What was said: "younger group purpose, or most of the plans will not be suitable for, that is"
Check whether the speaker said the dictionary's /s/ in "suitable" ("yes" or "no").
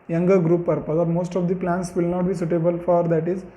yes